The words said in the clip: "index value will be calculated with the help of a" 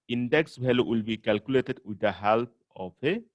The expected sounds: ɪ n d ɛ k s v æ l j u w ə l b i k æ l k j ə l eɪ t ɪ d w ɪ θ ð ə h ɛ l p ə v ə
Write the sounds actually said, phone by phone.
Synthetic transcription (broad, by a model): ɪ n d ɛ k s b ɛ l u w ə l b i k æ l k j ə l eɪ t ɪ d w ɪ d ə h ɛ l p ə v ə